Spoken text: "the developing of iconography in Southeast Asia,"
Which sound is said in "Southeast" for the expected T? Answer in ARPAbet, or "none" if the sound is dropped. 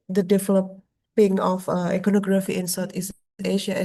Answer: none